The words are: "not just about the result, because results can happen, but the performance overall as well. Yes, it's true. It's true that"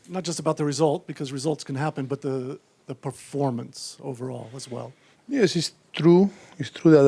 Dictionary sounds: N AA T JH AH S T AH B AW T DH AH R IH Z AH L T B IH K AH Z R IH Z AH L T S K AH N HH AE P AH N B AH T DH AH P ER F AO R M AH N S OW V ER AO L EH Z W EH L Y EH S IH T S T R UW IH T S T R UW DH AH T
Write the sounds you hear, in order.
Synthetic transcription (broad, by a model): N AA T JH AH S T AH B AW T DH AH R IH Z AH L T B IH K AH Z R IH Z AH L T S K AH N HH AE P AH N B AH T DH AH P ER F AO R M AH N S OW V ER AO L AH Z W EH L Y EH S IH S T R UW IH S T R UW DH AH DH